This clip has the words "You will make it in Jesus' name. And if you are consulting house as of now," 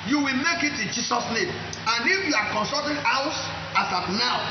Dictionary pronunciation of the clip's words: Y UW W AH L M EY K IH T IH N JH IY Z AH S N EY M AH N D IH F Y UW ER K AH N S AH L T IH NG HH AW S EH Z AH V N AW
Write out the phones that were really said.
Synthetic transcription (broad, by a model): Y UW W AH L M EY K IH T IH N JH IY S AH S N EY M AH N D IH F Y UW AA K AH N S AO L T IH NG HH AW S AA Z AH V N AW